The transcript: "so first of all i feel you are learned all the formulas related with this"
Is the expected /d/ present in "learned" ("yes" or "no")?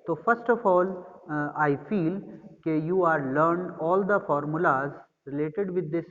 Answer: yes